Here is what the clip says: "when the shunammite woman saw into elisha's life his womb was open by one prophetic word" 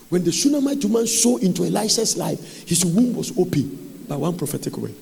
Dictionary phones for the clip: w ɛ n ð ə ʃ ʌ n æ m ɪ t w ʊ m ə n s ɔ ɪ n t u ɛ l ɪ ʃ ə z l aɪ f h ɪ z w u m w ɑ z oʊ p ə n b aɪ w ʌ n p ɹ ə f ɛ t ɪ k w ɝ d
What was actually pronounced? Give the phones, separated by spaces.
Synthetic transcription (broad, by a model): w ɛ n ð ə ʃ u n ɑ m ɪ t w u m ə n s ɔ ɪ n t u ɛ l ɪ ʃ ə s l aɪ f h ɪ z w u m w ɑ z oʊ p ə n b aɪ w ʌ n p ɹ ə f ɛ t ɪ k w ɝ